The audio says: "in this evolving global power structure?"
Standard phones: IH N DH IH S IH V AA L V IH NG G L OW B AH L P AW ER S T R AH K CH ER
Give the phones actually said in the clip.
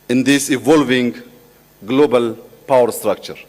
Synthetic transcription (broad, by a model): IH N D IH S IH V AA L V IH NG G L OW B AH L P AW ER S T R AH K CH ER